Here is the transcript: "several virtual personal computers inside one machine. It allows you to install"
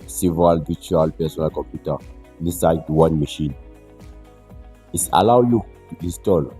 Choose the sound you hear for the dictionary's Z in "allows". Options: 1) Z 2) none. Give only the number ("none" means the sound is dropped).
2